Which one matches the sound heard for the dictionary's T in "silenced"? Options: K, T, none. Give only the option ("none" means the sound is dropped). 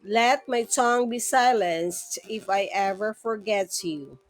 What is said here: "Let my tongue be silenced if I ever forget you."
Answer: T